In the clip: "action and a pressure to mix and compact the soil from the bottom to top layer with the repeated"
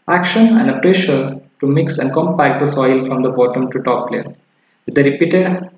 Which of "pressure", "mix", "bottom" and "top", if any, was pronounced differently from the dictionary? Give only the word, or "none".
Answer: none